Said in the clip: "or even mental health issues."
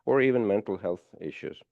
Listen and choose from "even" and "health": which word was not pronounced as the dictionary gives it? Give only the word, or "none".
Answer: none